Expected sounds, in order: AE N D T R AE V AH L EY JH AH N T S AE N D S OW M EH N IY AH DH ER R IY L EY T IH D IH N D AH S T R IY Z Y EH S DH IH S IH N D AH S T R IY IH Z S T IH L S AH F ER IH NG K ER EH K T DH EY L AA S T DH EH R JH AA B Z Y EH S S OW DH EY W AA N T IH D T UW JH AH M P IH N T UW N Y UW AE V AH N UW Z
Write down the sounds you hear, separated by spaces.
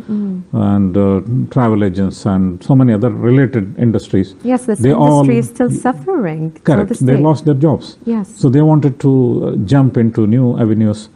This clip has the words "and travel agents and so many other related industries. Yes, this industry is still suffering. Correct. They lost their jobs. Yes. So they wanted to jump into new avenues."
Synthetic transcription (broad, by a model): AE N D T R AE V AH L EY JH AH N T S AE N D S OW M EH N IY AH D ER R IY L EY T IH D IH N D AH S T R IY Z Y EH S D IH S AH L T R IY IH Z S T IH L S AH F ER IH NG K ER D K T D EY L AA S T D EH R JH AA B S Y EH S S OW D EY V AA N T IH D T UW JH AH M P IH N T UW N Y UW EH V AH N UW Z